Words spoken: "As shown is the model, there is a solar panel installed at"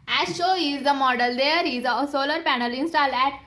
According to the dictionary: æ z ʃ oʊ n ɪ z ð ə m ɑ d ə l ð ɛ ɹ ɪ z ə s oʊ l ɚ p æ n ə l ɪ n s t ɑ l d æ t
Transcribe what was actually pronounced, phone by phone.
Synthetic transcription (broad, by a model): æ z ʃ oʊ ɪ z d ə m ɑ d ə l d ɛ ɹ ɪ z ə s oʊ l ɚ p æ n ə l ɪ n s t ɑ l æ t